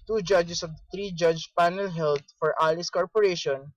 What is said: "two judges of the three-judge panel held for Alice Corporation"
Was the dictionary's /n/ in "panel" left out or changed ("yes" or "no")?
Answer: no